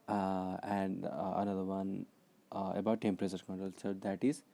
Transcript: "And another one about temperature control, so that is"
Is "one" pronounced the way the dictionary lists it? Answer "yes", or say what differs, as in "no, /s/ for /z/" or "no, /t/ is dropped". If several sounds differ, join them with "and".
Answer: yes